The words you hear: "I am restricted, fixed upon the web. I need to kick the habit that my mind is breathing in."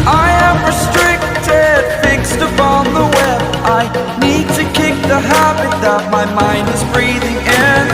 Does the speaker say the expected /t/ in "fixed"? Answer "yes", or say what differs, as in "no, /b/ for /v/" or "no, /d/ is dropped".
yes